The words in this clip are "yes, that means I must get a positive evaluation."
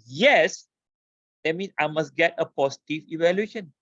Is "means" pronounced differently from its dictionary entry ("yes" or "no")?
yes